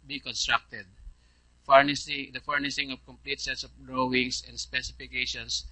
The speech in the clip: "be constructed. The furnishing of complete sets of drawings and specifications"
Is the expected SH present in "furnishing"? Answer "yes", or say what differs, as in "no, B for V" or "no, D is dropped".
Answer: no, S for SH